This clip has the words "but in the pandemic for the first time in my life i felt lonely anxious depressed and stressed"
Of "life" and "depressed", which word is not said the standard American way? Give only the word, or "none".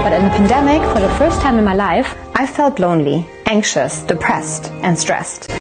none